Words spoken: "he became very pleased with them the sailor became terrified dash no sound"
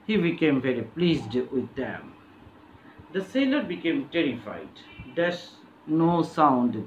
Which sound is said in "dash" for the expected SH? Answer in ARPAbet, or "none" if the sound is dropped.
S